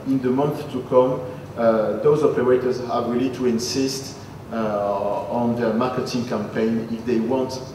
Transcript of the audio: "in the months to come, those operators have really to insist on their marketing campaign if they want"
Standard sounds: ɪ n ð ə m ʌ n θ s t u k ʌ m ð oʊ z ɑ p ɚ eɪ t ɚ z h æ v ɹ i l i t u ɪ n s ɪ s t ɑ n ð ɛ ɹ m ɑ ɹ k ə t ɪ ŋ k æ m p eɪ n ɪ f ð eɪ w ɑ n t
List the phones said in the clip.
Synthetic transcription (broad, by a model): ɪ n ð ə m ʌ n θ t u k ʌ m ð oʊ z ɑ p ɚ eɪ t ɚ z h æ v ɹ i l i t u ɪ n s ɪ s t ɑ n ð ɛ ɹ m ɑ ɹ k ə t ɪ ŋ k æ m p eɪ n ɪ f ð eɪ w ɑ n t